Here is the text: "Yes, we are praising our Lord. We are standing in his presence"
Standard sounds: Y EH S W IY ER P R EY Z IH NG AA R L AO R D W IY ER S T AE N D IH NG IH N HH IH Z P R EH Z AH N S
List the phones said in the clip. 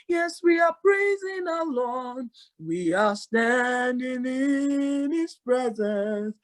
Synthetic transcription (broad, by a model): Y EH S W IY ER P R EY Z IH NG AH L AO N W IY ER S T AE N D IH NG IH N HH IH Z P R EH Z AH N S